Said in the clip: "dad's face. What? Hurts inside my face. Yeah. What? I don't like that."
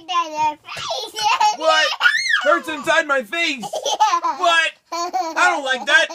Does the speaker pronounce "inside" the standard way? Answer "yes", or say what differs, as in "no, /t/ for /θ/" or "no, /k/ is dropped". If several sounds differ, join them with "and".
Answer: yes